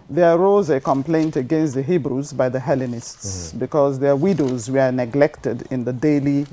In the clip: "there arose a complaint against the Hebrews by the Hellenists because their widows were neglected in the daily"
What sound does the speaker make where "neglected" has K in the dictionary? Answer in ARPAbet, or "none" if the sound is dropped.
K